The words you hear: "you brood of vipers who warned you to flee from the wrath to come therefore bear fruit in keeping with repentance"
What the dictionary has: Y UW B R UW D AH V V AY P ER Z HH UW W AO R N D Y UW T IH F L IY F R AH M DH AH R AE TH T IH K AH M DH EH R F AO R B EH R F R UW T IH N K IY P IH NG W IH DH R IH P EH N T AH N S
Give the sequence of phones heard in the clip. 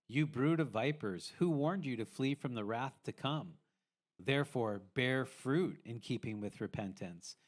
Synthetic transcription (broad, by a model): Y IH B R UW D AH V V AY P ER Z HH UW W AO R N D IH T IH F L IY F R AH M DH AH R AE TH T IH K AH M DH EH R F AO R B EH R F R UW T IH N K IY P IH NG W IH DH R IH P EH N T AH N S